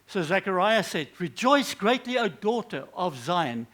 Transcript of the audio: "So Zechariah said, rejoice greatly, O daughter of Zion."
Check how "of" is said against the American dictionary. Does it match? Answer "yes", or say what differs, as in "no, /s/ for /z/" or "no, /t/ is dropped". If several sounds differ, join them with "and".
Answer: yes